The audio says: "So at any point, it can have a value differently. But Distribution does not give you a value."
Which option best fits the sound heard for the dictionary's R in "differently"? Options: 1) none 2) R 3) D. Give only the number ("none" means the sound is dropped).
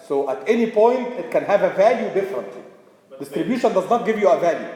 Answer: 2